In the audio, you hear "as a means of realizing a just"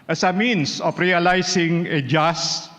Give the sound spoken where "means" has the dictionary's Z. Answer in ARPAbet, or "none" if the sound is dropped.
S